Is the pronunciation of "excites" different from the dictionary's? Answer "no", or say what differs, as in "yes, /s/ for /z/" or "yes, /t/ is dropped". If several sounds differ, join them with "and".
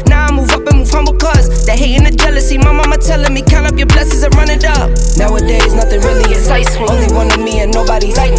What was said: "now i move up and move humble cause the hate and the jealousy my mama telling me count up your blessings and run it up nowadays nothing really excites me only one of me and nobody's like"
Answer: yes, /k/ is dropped